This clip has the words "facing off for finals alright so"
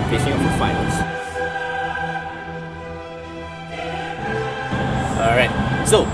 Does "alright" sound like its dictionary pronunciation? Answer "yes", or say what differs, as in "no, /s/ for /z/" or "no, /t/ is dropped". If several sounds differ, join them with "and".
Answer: no, /l/ is dropped